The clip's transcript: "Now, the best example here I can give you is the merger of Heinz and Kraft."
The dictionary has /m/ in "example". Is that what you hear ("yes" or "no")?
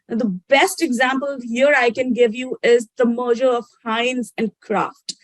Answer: yes